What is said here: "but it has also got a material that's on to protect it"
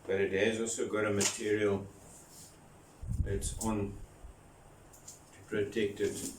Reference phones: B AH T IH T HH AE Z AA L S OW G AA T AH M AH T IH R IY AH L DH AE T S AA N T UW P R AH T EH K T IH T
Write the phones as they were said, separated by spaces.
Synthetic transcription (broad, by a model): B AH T IH T HH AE Z AA L S OW G AA T AH M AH T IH R IY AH L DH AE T S AA N T UW P R AH T EH K T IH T